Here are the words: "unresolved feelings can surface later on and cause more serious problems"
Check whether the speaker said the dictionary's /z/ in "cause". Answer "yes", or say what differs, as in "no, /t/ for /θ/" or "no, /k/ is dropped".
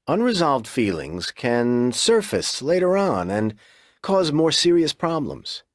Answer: yes